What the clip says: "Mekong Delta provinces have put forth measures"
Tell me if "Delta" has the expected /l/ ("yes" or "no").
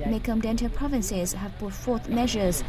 no